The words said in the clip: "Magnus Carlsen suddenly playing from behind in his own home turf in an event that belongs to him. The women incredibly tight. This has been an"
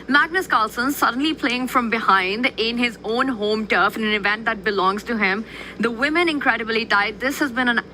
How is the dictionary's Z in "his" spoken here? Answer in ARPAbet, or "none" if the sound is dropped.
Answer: Z